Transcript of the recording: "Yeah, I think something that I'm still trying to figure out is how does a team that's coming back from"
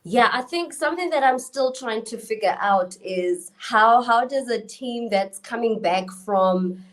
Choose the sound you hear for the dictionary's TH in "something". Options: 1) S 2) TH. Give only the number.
2